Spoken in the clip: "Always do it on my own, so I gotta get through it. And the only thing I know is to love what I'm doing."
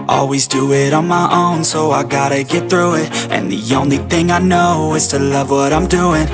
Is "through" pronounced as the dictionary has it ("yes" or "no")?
yes